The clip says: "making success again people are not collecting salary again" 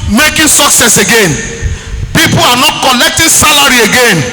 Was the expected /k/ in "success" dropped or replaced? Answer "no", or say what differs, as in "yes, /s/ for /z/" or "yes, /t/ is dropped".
no